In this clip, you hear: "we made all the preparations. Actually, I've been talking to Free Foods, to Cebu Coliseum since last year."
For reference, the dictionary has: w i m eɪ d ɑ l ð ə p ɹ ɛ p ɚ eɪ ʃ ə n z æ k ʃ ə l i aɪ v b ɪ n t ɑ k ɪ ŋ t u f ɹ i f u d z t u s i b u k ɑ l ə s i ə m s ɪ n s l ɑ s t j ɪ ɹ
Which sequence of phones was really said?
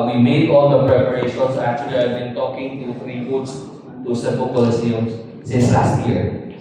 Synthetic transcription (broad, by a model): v i m eɪ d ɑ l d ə p ɹ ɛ p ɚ eɪ ʃ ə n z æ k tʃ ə l i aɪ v b ɪ n t ɑ k ɪ ŋ t u ɹ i p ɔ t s t u s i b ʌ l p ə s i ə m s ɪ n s l ɑ s t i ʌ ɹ